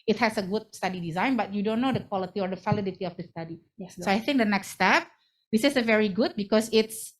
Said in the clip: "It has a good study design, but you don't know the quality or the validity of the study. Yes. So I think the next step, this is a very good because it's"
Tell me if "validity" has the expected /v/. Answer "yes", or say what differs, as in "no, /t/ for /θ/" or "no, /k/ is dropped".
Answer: no, /f/ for /v/